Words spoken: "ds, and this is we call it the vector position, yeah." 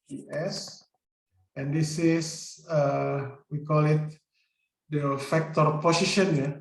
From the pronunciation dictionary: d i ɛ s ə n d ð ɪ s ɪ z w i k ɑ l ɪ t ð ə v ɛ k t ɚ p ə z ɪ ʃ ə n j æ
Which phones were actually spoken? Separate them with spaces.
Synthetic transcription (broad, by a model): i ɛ s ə n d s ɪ s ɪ w i k ɑ l ɪ t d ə f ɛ k t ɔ p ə s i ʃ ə n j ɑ